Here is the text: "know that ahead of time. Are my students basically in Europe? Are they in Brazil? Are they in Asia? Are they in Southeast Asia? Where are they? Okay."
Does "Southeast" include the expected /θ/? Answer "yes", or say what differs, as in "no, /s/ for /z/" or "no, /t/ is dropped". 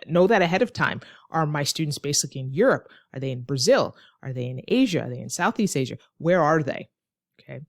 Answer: yes